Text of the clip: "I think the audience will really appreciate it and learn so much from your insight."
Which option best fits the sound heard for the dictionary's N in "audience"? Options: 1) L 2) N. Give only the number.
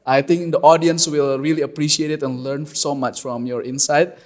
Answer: 2